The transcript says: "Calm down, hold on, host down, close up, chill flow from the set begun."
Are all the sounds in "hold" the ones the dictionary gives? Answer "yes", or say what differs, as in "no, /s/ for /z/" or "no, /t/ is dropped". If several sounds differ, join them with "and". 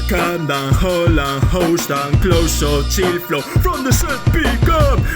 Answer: no, /d/ is dropped